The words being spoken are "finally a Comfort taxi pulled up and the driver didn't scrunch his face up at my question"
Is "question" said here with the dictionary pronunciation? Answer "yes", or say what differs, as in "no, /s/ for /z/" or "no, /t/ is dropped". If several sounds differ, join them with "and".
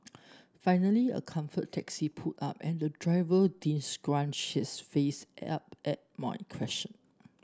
no, /ʃ/ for /tʃ/